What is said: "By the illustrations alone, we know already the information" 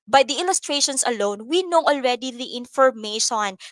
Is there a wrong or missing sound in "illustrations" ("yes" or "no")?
yes